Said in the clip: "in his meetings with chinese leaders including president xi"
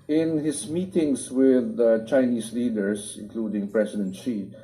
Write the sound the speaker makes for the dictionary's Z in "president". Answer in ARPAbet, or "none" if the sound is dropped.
S